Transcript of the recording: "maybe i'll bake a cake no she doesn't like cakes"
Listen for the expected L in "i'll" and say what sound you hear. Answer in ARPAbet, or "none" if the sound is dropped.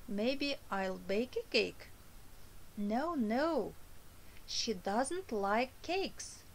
L